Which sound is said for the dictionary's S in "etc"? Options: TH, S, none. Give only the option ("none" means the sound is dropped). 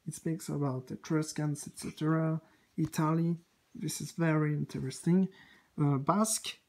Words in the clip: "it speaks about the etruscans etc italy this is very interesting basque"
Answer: S